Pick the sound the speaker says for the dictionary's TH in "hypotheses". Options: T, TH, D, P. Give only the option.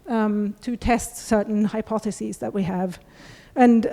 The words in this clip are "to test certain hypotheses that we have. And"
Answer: TH